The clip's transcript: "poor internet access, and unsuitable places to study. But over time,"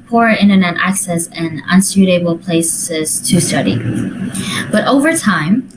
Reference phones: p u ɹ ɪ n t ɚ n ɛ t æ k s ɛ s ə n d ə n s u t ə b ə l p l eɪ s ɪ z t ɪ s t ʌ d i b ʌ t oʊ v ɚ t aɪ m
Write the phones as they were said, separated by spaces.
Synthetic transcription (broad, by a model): p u ɹ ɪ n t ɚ n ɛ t æ k s ɛ s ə n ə n s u t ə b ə l p l eɪ s ɪ z t ɪ s t ʌ d i b ʌ t oʊ v ɚ t aɪ m